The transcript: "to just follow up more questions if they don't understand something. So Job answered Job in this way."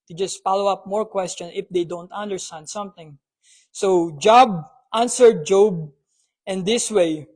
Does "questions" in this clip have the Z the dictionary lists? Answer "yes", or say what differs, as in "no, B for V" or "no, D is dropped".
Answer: no, Z is dropped